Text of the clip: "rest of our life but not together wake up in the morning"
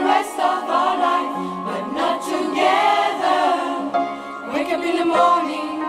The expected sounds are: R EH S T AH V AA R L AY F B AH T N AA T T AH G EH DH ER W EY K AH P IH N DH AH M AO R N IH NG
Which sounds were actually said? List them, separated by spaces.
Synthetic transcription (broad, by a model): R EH S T AH V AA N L AY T B AH T N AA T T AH G EH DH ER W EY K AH B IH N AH M AO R N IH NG